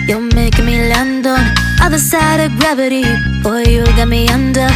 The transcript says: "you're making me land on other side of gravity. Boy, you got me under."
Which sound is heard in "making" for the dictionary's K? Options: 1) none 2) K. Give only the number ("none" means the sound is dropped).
1